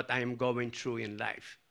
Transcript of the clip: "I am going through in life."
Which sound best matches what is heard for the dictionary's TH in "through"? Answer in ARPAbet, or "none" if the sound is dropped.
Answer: T